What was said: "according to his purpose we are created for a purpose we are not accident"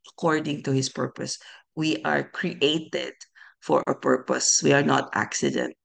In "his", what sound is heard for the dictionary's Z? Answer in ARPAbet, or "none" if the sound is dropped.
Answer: S